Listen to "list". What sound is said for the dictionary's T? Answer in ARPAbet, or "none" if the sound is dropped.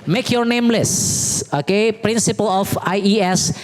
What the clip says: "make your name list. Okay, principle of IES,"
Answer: none